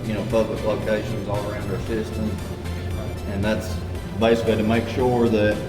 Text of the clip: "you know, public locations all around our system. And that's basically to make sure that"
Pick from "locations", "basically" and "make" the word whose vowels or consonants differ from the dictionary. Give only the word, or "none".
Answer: none